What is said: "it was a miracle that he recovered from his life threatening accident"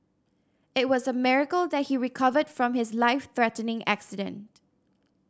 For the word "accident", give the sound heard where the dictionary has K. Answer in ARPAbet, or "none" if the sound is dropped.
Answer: K